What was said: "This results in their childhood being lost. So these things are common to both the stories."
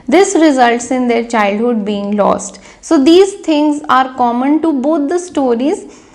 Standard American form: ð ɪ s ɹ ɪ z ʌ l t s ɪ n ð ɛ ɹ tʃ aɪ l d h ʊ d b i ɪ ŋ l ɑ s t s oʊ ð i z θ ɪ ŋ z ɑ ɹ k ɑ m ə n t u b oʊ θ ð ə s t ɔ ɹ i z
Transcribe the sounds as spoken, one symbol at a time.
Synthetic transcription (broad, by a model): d ɪ s ɹ ɪ z ʌ l t s ɪ n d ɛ ɹ tʃ aɪ l d h ʊ d b i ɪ ŋ l ɑ s t s oʊ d i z t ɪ ŋ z ɑ ɹ k ɑ m ə n t u b oʊ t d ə s t ɔ ɹ i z